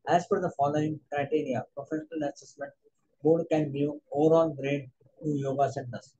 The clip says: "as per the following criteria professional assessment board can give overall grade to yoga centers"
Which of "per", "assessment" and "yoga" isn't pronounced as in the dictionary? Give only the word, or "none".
per